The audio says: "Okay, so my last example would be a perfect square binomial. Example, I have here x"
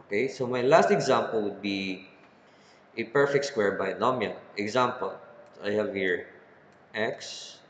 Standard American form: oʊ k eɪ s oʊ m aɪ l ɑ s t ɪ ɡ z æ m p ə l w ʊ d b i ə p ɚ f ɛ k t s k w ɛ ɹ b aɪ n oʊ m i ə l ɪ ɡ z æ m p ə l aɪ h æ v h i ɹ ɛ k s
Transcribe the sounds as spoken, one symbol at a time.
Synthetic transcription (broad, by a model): k eɪ s oʊ m aɪ l ɑ s t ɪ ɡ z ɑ m p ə l w ʊ d b i ə p ɚ f ɛ k t s k w ɛ ɹ b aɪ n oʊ m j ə n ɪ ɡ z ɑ m p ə l aɪ h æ v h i ɹ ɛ k s